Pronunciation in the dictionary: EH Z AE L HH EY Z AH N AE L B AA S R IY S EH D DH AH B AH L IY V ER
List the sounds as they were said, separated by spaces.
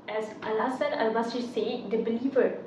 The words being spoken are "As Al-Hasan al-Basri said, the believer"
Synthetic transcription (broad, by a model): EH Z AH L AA S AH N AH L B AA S IY S EH D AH B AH L IY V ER